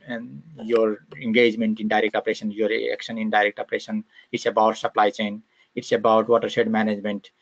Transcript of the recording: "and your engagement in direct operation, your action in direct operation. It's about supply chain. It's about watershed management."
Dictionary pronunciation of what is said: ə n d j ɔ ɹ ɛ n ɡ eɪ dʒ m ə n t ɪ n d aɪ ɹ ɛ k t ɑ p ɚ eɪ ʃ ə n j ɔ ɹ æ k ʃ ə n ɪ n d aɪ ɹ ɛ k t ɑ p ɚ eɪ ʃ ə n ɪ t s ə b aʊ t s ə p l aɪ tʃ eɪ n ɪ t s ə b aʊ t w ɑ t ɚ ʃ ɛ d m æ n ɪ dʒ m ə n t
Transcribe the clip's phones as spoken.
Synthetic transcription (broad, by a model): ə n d j ɔ ɹ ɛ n ɡ eɪ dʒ m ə n t ɪ n d aɪ ɹ ɛ k t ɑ p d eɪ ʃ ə n j ɔ ɹ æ k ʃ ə n ɪ n d aɪ ɹ ɛ k t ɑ p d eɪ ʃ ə n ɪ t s ə b aʊ t s ə p l aɪ tʃ eɪ n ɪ t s ə b aʊ t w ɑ t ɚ s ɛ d m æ n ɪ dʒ m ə n t